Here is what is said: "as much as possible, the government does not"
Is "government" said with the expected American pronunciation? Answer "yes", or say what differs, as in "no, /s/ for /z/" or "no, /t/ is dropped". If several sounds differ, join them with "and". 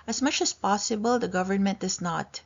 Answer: yes